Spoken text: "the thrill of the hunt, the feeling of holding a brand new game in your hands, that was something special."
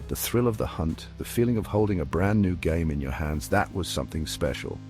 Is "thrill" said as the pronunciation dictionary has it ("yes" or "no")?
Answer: yes